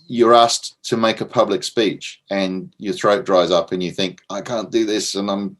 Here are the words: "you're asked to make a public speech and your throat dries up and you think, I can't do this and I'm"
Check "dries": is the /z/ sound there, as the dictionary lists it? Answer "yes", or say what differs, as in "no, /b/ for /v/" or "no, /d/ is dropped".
yes